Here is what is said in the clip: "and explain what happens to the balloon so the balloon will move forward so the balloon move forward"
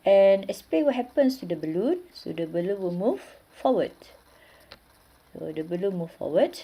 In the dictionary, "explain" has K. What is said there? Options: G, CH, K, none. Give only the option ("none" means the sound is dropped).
none